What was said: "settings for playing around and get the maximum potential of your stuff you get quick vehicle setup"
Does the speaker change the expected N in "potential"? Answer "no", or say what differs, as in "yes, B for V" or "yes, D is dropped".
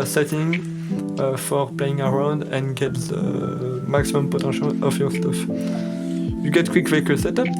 yes, N is dropped